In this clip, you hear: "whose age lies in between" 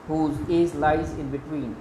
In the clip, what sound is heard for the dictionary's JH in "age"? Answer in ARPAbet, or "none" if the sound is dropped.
Z